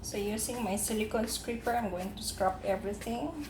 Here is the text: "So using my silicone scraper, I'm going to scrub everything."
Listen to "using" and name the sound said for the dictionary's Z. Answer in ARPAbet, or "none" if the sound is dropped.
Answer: S